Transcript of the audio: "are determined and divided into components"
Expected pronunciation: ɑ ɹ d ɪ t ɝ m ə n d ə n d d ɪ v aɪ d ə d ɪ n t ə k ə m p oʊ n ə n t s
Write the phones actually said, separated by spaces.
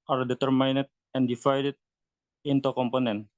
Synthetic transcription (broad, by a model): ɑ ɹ d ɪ t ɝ m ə n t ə n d d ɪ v aɪ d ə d ɪ n t ə k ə m p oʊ n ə n